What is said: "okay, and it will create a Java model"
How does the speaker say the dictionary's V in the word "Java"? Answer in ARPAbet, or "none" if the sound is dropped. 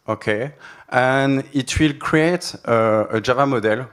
V